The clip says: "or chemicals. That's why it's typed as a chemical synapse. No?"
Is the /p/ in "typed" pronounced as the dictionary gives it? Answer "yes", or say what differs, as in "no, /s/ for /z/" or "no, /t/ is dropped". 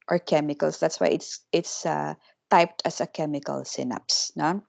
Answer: yes